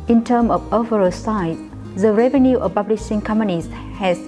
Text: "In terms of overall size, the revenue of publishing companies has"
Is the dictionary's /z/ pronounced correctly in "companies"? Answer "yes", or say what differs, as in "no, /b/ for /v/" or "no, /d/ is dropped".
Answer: no, /s/ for /z/